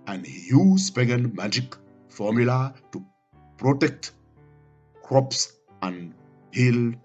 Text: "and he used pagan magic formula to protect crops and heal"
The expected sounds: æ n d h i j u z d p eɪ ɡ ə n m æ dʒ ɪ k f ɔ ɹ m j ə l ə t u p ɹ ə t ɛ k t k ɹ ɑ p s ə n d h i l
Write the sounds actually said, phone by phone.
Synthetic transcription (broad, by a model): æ n d h i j u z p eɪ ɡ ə n m æ dʒ ɪ k f ɔ ɹ m j ə l ə t u p ɹ ə t ɛ k t k ɹ ɑ p s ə n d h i l